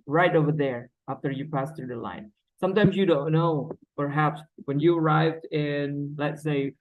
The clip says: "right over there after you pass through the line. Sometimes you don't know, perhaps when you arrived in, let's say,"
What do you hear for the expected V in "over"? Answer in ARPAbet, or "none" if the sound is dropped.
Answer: V